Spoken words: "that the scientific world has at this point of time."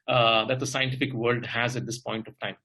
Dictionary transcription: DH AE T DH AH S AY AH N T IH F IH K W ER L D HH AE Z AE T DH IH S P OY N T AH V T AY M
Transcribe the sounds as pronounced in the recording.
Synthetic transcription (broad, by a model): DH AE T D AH S AY AH N T IH F IH K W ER L D HH AE Z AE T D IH S P OY N T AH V T AY M